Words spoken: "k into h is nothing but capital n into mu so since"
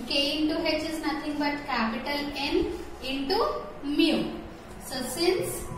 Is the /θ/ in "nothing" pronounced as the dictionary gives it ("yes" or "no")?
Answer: no